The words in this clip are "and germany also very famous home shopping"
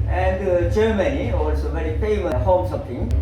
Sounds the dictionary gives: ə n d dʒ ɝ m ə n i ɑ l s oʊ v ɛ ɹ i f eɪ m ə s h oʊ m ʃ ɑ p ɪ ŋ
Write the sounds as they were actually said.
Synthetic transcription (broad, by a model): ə n d dʒ ɝ m ə n i ɑ l s oʊ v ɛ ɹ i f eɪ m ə h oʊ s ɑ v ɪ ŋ